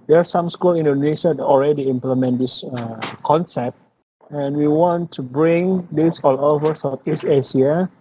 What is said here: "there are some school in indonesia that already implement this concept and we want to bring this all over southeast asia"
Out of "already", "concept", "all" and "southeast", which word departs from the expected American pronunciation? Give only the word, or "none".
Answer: southeast